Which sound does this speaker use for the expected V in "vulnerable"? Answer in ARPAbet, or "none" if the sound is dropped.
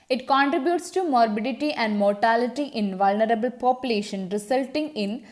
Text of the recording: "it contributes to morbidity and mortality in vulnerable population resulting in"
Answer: V